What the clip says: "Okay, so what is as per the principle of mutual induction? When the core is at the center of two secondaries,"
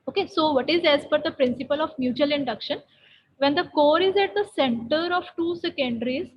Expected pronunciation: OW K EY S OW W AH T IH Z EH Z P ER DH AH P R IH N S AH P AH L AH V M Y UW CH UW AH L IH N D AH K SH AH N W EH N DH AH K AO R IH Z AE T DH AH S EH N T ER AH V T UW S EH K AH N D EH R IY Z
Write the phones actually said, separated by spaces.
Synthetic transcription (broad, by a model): OW K EY S OW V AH T IH Z EH Z F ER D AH P R IH N S AH P AH L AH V M Y UW CH UW AH L IH N D AH K SH AH N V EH N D AH K AO R IH Z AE T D AH S EH N T ER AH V T UW S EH K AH N D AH R IY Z